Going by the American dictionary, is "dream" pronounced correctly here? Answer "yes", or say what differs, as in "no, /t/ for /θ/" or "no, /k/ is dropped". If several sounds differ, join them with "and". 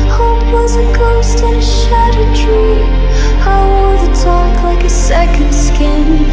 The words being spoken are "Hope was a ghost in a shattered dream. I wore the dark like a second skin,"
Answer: no, /m/ is dropped